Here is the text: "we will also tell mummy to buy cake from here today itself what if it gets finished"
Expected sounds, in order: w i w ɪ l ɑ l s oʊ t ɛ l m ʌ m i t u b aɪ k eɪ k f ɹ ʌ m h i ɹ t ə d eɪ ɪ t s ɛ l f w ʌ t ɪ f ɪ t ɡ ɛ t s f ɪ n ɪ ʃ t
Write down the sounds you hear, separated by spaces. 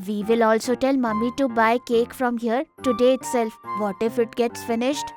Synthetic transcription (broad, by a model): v i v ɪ l ɑ l s oʊ t ɛ l m ʌ m i t u b aɪ k eɪ k f ɹ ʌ m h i ɹ t ə d eɪ ɪ t s ɛ l f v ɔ t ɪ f ɪ t ɡ ɛ t s f ɪ n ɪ ʃ t